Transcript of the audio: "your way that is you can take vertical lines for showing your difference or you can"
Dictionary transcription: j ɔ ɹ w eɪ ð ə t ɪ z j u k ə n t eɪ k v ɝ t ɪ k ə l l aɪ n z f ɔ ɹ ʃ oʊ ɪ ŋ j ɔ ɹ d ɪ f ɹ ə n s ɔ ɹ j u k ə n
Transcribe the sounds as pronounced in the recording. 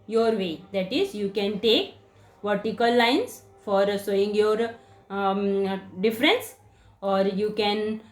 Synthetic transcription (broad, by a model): j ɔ ɹ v eɪ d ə t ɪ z j u k ə n t eɪ k v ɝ t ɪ k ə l l aɪ n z f ɔ ɹ s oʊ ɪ ŋ j ɔ ɹ d ɪ f ɹ ə n s ɔ ɹ j u k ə n